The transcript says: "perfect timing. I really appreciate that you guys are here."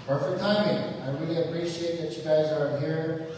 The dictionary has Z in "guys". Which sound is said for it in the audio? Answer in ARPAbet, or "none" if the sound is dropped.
Z